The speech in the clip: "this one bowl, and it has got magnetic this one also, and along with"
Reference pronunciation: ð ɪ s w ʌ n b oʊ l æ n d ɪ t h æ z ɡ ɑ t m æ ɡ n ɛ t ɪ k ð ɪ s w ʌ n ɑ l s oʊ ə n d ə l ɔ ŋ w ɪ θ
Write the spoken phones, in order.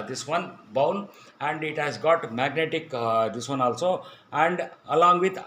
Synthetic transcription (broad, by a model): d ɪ s w ʌ n b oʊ n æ n d ɪ t h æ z ɡ ɑ t m æ ɡ n ɛ t ɪ k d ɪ s w ʌ n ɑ l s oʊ ə n d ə l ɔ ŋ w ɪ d